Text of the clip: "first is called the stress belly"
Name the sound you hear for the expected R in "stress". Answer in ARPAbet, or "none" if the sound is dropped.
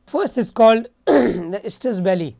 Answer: none